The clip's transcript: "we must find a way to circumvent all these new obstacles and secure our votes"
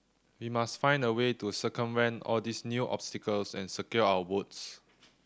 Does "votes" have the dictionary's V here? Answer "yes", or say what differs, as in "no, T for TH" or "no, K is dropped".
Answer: no, W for V